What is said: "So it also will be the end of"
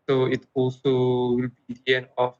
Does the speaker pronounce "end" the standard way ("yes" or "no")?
no